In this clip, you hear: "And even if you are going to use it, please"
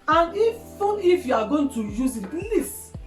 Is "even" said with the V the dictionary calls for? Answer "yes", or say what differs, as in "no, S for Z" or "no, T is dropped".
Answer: no, F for V